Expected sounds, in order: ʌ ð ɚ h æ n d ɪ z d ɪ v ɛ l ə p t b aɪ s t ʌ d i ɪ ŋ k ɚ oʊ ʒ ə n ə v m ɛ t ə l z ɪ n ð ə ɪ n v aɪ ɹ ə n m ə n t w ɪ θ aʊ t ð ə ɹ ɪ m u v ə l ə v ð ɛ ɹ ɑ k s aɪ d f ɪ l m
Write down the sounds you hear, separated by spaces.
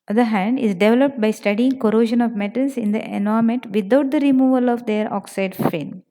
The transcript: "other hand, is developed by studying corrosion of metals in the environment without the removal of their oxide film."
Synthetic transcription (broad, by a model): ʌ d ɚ h æ n d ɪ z d ɪ v ɛ l ə p t b aɪ s t ʌ d i ɪ ŋ k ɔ oʊ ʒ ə n ə v m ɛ t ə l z ɪ n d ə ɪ n aɪ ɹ m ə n t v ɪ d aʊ t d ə ɹ ɪ m u v ə l ə v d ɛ ɹ ɑ k s aɪ d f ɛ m